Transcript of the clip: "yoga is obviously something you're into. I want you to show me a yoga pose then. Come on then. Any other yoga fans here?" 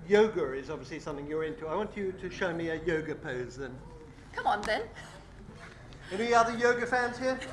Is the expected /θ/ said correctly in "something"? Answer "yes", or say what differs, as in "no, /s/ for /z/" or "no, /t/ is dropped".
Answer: yes